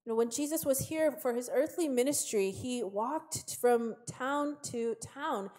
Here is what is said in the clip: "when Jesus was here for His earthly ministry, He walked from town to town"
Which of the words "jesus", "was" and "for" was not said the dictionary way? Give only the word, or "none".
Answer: none